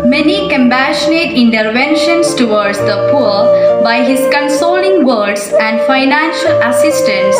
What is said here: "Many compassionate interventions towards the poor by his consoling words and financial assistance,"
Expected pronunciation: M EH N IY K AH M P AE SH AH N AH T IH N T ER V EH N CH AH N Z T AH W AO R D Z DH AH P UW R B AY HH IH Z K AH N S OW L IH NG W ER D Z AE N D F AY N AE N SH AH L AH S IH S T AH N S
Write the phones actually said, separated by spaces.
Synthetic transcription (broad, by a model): M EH N IY K AH M P AE SH AH N AH T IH N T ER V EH N SH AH N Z T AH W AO R D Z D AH P UW R B AY HH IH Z K AH N S OW L IH NG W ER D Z AE N D F AY N AE N SH AH L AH S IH S T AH N S